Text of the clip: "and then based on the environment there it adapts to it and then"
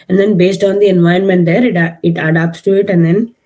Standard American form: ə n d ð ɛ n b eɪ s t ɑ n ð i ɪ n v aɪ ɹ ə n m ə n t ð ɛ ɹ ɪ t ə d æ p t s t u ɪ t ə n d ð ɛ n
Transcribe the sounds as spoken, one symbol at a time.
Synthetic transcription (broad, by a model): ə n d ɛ n b eɪ s t ɑ n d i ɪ n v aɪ ə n m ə n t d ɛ ɹ ɪ t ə d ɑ p t s t u ɪ t ə n d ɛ n